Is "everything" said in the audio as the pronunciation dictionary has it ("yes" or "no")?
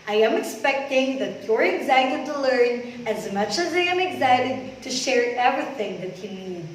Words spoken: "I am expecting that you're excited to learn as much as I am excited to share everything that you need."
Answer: yes